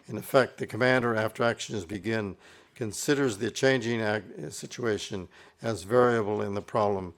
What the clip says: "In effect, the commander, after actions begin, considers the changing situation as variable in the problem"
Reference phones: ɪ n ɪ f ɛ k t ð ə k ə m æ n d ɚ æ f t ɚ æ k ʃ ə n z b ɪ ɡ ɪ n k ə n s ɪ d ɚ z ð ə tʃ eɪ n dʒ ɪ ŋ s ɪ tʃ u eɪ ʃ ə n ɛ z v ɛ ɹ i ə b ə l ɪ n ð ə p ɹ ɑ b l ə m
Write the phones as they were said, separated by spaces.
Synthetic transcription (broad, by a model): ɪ n ɪ f ɛ k t ð ə k ə m æ n d ɚ æ f t ɚ æ k ʃ ə n z b ɪ ɡ ɪ n k ə n s ɪ d ɚ z ð ə tʃ eɪ n dʒ ɪ ŋ s ɪ tʃ u eɪ ʃ ə n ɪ z v ɛ ɹ i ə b l ɪ n ð ə p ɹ ɑ b l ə m